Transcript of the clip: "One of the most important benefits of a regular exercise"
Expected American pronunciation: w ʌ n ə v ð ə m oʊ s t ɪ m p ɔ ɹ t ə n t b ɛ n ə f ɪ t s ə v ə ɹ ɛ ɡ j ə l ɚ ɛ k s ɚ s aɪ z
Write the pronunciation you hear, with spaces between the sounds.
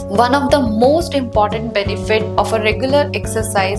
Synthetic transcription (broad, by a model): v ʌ n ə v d ə m oʊ s t ɪ m p ɔ ɹ t ə n t b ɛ n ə f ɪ t ə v ə ɹ ɛ ɡ j ə l ɚ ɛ k s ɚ s aɪ